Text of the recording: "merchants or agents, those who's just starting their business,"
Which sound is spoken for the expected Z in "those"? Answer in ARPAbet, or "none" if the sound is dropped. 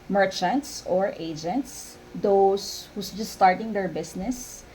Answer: S